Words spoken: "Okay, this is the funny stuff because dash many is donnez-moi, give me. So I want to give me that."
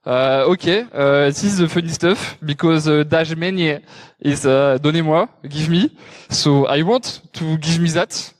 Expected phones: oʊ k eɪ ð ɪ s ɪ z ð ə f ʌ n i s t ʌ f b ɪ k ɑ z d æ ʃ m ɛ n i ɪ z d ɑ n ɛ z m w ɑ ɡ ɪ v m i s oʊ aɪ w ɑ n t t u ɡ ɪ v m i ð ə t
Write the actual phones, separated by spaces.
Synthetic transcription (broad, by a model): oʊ k eɪ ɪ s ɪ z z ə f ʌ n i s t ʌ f b ɪ k ɑ z d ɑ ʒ m ɛ n i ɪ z d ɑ n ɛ m w ɑ ɡ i v m i s oʊ aɪ w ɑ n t t u ɡ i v m i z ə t